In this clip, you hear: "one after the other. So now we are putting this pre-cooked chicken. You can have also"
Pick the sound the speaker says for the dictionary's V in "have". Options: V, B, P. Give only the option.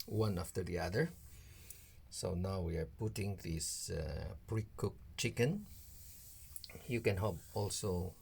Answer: P